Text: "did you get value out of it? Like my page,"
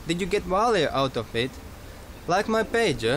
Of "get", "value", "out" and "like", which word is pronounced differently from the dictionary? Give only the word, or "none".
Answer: value